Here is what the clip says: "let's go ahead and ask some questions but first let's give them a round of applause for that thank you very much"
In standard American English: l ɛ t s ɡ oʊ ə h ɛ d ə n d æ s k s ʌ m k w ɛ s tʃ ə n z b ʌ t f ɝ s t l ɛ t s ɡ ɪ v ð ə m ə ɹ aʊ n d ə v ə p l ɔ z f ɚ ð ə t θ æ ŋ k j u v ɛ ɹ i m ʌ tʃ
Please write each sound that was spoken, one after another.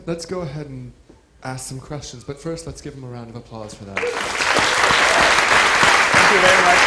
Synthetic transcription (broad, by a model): l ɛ t s ɡ oʊ ə h ɛ d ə n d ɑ s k s ʌ m k w ɛ s tʃ ə n z b ʌ t f ɝ s t l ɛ t s ɡ ɪ v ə m ə ɹ aʊ n d ə v ə p l ɔ z f ɚ ð ə t θ æ ŋ k j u v ɛ ɹ i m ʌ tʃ